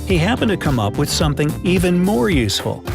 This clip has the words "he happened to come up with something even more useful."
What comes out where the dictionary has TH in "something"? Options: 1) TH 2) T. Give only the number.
1